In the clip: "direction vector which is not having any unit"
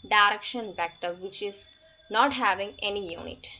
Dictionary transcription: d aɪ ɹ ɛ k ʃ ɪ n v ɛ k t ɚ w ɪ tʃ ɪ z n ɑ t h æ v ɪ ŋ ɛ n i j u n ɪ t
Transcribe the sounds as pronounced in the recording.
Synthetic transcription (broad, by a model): d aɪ ɹ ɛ k ʃ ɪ n b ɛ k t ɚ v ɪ tʃ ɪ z n ɑ t h æ v ɪ ŋ ɛ n i j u n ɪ t